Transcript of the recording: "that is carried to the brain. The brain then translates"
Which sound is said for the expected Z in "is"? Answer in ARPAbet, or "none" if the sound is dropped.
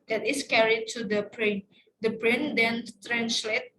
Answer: S